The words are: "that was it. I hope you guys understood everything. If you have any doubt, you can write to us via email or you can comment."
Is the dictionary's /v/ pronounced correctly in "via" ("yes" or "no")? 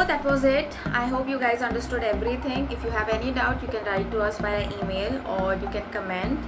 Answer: no